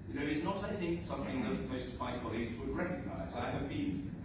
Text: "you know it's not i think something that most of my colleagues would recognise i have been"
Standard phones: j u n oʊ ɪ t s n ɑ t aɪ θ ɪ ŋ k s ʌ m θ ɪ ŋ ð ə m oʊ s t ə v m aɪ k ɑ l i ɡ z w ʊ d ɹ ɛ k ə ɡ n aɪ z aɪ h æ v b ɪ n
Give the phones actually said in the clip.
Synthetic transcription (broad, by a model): j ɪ n oʊ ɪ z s n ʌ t aɪ θ ɪ ŋ k s ʌ m θ ɪ ŋ ð ə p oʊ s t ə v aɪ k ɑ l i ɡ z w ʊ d ɹ ɛ k ə ɡ n aɪ z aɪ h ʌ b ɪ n